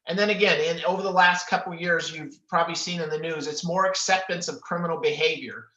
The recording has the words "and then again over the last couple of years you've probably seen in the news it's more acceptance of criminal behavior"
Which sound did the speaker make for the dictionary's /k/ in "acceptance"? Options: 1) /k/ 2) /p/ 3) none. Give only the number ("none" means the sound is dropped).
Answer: 1